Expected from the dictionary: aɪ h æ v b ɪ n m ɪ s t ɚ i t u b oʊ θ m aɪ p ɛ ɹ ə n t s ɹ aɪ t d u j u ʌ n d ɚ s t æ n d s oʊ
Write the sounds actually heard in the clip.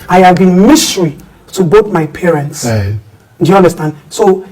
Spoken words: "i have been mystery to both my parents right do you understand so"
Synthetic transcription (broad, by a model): aɪ h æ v b ɪ n m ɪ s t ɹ i t u b oʊ t m aɪ p ɛ ɹ ə n t s d u j u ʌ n d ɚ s t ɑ n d s oʊ